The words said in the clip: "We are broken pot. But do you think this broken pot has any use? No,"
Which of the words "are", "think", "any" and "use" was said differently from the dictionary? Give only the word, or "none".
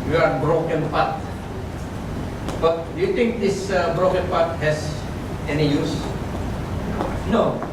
think